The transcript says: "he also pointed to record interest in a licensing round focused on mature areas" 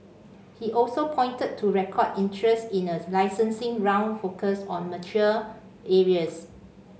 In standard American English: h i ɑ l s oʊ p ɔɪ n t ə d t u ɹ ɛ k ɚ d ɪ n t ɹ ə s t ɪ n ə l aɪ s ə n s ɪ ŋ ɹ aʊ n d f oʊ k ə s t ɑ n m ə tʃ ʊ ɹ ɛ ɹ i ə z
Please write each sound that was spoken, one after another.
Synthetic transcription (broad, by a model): h i ɑ l s oʊ p ɔɪ n t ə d t u ɹ ɛ k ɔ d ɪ n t ɹ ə s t ɪ n ə l aɪ s ə n s ɪ ŋ ɹ aʊ n d f oʊ k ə s ɑ n m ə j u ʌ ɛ ɹ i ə s